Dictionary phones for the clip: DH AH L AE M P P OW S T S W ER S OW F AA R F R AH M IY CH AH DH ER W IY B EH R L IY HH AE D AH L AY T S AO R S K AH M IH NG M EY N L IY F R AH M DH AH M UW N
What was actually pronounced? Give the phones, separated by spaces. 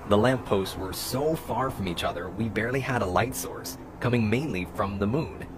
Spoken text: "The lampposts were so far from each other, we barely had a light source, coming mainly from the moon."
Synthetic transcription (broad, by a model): DH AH L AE M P P OW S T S W ER S OW F AA R F R AH M IY CH AH DH ER W IY B EH R L IY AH D AH L AY T S AO R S K AH M IH NG M EY N L IY F R AH M DH AH M UW N